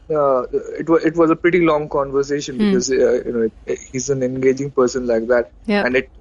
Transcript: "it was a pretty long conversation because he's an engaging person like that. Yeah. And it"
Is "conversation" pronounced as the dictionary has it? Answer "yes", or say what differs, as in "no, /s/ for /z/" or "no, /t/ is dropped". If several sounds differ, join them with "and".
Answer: yes